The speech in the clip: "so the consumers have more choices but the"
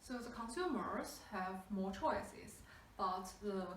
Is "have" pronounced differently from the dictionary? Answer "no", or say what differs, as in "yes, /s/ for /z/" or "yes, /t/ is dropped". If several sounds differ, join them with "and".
no